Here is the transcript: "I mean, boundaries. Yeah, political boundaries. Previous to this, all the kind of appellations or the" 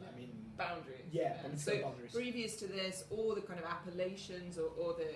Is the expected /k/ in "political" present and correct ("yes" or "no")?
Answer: no